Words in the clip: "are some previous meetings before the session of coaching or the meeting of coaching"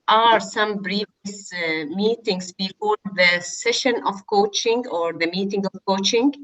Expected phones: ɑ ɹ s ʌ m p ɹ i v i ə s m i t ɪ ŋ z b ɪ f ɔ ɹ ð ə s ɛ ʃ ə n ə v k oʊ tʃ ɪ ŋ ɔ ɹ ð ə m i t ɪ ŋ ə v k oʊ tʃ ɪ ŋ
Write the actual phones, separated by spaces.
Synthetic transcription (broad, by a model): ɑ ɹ s ʌ m b ɹ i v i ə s m i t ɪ ŋ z b ɪ f ɔ ɹ ð ə s ɛ ʃ ə n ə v k oʊ tʃ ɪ ŋ ɔ ɹ ð ə m i t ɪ ŋ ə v k oʊ tʃ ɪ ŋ